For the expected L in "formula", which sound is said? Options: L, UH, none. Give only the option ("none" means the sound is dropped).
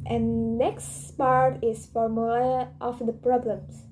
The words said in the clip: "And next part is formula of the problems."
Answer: none